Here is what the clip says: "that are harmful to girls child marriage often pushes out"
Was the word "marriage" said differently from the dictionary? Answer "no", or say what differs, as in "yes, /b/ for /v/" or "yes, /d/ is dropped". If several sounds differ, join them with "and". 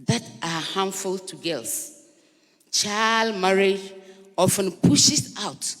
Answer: yes, /dʒ/ is dropped